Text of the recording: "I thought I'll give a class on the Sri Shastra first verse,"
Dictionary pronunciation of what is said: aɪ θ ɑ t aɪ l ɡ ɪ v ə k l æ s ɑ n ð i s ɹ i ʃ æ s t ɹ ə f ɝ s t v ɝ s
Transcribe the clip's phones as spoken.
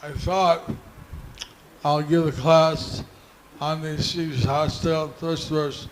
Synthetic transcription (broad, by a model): aɪ θ ɑ t aɪ l ɡ ɪ v ə k l æ s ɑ n ð i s i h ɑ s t ə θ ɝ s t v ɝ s